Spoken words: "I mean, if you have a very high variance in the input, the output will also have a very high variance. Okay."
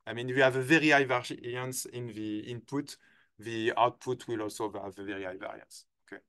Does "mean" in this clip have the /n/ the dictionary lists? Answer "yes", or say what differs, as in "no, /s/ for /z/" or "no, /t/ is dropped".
yes